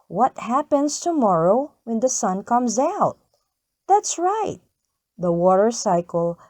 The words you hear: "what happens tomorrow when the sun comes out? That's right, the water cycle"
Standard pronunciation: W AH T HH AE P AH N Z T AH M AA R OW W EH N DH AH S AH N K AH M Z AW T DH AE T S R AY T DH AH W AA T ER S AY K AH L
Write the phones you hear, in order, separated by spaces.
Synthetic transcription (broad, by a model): W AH T HH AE P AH N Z T AH M AA R OW W EH N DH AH S AH N K AH M Z AW T DH AE T S R AY T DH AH W AA T ER S AY K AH L